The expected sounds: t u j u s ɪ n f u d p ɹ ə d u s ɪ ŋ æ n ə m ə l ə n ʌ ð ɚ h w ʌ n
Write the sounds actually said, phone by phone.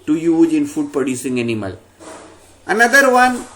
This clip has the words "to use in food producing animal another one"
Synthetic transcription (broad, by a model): t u j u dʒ ɪ n f u d p ə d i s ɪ ŋ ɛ n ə m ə l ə n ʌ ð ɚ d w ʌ n